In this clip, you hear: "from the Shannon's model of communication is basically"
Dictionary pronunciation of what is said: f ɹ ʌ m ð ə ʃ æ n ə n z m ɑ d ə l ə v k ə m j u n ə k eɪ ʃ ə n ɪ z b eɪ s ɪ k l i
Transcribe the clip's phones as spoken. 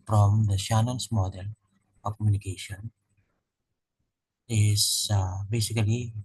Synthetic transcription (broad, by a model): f ɹ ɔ m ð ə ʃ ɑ n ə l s m ɑ d ə l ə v k ə m j u n ə k eɪ ʃ ə n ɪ s b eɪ s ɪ k l i